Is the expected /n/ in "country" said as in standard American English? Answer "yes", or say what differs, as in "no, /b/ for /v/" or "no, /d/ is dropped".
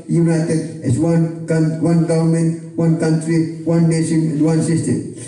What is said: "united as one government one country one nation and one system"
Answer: yes